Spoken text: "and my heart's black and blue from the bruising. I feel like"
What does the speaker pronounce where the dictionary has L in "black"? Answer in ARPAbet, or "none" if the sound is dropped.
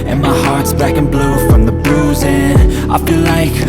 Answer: none